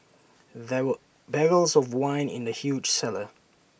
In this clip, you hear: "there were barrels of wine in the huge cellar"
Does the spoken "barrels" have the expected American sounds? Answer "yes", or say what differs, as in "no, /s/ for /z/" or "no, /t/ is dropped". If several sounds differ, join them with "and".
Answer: yes